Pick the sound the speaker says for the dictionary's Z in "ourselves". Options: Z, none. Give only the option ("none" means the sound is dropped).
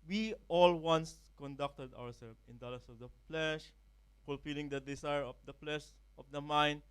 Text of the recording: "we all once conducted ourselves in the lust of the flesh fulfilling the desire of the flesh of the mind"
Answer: none